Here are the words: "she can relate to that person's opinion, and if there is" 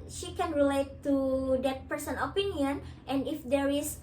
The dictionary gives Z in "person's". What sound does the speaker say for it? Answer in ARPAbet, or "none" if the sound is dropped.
none